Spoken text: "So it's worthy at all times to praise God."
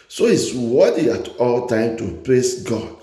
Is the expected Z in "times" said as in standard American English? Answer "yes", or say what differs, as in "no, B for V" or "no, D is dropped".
no, Z is dropped